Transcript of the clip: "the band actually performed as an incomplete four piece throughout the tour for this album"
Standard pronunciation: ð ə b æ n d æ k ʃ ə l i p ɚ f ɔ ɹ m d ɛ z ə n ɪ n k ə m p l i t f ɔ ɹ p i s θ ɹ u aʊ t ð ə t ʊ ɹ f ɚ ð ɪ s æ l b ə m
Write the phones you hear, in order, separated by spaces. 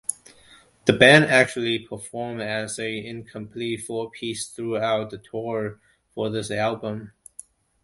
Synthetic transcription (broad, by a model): ð ə b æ n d æ k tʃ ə l i p ɚ f ɔ ɹ m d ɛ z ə ɪ n k ə m p l i t f ɔ ɹ p i s θ ɹ u aʊ t ð ə t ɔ ɹ f ɚ ð ɪ s æ l b ə m